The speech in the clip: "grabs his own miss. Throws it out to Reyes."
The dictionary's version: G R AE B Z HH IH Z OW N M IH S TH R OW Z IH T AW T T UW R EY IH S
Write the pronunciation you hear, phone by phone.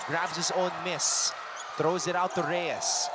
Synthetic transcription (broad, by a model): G R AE B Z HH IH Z OW N M IH S TH R OW Z IH T AW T T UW R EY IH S